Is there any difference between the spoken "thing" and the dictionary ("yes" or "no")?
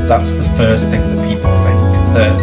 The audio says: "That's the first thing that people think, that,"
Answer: no